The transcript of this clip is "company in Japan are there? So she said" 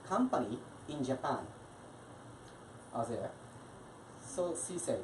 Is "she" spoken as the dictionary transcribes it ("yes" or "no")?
no